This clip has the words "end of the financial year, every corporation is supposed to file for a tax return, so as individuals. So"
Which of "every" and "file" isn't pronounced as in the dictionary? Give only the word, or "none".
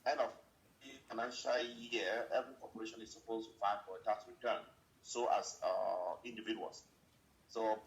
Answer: file